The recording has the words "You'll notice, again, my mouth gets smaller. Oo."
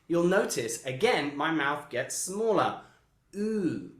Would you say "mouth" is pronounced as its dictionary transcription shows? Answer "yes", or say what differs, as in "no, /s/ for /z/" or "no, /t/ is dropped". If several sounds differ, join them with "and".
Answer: yes